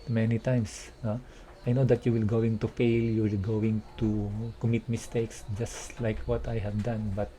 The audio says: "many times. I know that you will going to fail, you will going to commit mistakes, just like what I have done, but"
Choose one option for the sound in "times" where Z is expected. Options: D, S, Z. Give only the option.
S